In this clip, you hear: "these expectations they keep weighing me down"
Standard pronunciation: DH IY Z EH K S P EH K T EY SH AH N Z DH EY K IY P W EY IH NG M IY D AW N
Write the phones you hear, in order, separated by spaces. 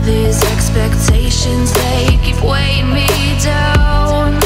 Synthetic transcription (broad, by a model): DH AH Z EH K S P EH K T EY SH AH N Z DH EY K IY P W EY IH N M IY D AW N